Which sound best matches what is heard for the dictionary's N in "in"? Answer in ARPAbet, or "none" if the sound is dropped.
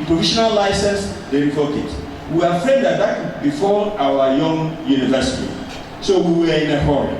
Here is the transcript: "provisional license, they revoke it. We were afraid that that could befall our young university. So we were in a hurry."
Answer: N